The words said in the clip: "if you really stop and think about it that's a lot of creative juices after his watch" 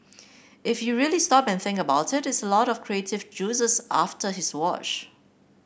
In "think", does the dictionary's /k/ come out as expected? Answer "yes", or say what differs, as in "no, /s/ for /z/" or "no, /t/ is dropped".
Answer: yes